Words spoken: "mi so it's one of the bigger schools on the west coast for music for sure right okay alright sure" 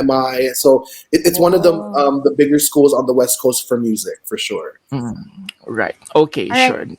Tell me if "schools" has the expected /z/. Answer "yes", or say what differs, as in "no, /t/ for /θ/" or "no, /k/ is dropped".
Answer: yes